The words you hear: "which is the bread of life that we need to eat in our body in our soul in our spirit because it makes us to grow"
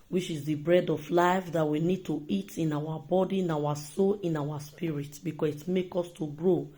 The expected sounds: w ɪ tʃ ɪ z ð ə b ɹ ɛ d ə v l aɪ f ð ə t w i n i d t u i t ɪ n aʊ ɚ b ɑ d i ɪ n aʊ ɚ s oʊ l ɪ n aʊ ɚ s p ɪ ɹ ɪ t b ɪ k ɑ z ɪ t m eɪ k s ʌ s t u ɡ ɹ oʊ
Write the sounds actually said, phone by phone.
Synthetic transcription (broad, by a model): w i tʃ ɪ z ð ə b ɹ ɛ d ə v l aɪ f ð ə t w i n i d t u i t ɪ n aʊ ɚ b ɑ d i n aʊ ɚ s oʊ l ɪ n aʊ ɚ s p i ɹ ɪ t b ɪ k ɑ s ɪ t m eɪ k ɔ s t u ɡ ɹ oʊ